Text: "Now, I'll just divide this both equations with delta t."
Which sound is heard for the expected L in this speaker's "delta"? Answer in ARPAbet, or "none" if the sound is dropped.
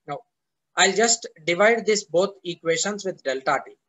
L